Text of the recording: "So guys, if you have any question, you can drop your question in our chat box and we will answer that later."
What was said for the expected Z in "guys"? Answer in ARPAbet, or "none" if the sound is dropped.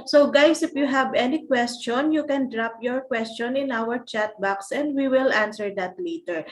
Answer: S